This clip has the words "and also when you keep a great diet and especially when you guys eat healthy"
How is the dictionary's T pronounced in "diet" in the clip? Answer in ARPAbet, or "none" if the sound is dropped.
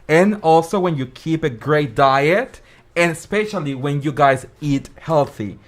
T